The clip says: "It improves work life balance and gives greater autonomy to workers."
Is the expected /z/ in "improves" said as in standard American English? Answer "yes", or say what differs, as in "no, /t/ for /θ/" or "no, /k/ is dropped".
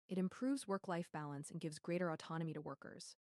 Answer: yes